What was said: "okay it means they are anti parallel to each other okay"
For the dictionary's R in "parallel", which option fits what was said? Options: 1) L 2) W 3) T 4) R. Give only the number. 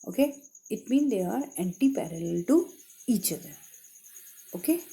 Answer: 4